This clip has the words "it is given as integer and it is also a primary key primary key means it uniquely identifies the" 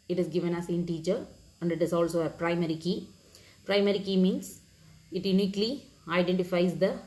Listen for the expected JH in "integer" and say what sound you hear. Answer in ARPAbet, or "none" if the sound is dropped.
CH